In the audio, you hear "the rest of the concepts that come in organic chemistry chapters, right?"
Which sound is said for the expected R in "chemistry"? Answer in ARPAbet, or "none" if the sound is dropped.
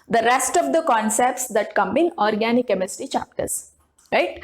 none